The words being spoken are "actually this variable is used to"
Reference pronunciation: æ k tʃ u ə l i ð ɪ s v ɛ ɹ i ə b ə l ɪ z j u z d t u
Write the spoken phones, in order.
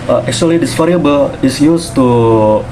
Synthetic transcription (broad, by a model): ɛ k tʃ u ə l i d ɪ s f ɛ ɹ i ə b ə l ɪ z j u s t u